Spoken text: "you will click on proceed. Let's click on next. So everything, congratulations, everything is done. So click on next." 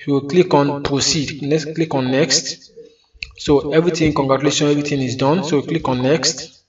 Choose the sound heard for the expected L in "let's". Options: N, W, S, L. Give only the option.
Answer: N